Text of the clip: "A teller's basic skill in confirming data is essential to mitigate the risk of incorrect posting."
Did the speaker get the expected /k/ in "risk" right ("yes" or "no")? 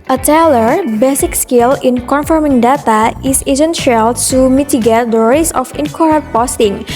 no